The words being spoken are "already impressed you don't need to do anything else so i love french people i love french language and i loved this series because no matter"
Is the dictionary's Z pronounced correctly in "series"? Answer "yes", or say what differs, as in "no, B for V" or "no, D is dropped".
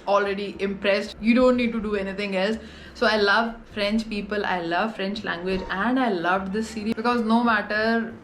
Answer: no, Z is dropped